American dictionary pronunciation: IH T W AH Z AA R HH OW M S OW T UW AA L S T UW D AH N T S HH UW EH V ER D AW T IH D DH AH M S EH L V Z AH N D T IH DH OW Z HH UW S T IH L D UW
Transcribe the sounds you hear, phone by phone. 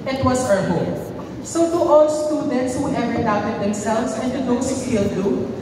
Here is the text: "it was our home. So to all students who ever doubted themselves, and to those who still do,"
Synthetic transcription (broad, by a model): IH T W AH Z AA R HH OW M S OW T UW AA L S T UW D AH N T S HH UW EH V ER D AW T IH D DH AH M S EH L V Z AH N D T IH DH OW S HH UW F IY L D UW